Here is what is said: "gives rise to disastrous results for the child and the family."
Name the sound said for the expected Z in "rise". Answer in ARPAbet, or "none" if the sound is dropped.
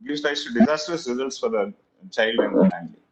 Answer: S